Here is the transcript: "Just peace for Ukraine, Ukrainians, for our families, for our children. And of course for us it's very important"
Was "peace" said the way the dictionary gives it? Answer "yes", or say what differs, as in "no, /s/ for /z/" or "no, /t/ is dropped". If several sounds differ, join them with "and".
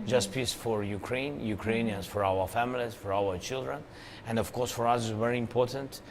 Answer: yes